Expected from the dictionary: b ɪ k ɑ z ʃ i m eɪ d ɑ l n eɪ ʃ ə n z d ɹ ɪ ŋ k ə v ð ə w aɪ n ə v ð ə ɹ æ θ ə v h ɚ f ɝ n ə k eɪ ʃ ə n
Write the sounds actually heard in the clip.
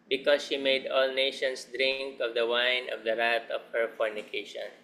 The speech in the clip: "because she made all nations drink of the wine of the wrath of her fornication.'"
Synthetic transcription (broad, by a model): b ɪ k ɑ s ʃ i m eɪ d ɑ l n eɪ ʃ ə n s d ɹ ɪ ŋ k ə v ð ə w aɪ n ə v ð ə ɹ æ t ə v h ɚ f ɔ n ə k eɪ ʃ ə n